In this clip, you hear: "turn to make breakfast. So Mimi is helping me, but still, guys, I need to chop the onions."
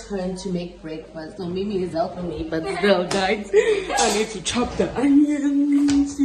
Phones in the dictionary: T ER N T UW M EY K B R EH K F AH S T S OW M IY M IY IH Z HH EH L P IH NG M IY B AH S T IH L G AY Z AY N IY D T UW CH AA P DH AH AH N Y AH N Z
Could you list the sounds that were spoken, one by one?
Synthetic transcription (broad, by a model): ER N T UW M EY K B R EH K F AH S T S OW M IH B IY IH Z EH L F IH M IY B AH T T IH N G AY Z AY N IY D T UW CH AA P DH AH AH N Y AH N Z